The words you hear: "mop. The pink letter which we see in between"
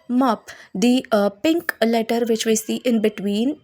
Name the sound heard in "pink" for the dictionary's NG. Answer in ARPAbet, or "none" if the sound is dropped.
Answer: NG